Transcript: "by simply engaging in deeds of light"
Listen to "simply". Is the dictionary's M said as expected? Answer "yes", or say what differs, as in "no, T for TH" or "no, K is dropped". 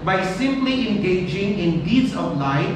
yes